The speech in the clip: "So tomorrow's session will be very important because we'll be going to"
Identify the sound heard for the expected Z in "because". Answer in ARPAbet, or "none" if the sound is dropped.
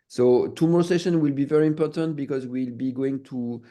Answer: Z